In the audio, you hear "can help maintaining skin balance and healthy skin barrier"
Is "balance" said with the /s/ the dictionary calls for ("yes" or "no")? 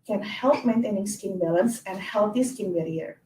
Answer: yes